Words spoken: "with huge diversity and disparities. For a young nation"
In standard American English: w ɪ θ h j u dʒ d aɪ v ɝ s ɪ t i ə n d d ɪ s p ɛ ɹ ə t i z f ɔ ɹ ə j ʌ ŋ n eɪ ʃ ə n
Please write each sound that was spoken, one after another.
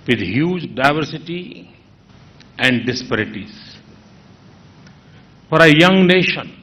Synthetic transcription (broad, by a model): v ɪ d h j u dʒ d aɪ v ɝ s ɪ t i ə n d d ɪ s p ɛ ɹ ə t i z f ɔ ɹ ə j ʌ ŋ n eɪ ʃ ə n